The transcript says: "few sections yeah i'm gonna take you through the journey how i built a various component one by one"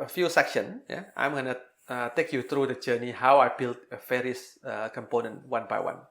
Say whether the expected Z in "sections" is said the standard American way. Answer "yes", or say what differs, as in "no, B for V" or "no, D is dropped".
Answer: no, Z is dropped